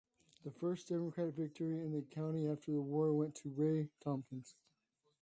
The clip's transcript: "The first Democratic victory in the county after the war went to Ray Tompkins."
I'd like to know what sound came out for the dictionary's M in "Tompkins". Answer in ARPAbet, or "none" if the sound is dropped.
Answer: M